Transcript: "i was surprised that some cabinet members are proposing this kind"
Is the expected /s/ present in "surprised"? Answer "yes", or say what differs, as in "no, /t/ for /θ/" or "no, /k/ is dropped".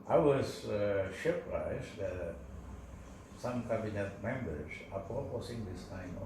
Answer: no, /ʃ/ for /s/